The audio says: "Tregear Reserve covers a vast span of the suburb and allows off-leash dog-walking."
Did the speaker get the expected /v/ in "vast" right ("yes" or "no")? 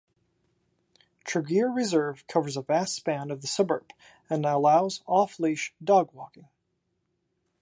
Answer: yes